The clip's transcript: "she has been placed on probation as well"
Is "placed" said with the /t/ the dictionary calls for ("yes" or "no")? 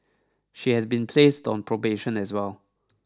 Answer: yes